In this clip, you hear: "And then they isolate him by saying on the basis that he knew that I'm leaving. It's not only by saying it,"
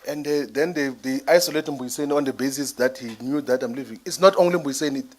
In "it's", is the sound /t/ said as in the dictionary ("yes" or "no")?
yes